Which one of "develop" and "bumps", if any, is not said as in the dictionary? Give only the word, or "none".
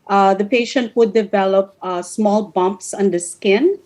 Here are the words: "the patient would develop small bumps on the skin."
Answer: none